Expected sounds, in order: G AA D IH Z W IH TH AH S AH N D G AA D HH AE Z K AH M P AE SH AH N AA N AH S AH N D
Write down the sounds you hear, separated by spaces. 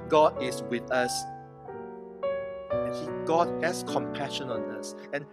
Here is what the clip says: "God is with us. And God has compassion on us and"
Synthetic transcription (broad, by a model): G AA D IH S W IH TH AH S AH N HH G AA D HH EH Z K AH M P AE SH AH N AA N AH S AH N